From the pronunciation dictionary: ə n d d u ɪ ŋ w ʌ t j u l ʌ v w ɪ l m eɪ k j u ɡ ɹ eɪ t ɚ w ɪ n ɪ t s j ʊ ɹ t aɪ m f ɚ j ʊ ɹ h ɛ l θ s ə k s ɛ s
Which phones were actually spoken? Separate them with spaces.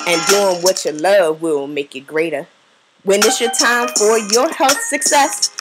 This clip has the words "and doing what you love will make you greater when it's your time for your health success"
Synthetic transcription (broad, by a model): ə n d d u ɪ ŋ w ʌ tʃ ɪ l ʌ v w ɪ l m eɪ k j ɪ ɡ ɹ eɪ t ɚ w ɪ n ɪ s j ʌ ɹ t aɪ m f ɚ j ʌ ɹ h ɛ l θ s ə k s ɛ s